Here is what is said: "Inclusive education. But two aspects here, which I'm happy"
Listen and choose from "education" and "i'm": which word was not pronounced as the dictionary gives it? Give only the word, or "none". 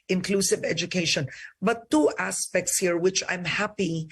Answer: none